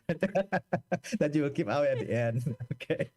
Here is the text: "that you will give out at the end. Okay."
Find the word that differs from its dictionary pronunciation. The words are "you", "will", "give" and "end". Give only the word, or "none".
give